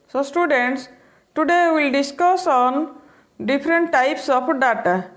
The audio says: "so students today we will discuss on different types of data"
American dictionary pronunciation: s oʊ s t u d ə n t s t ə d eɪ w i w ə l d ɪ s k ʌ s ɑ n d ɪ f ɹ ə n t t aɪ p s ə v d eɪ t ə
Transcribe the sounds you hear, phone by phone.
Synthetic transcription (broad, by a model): s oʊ s t u d ə n t s t ə d eɪ w i l d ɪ s k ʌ s ɑ n d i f ɹ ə n t t aɪ p s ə p d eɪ t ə